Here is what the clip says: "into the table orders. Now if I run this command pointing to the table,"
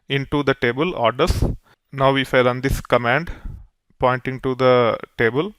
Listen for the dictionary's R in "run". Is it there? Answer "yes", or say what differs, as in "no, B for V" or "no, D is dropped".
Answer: no, L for R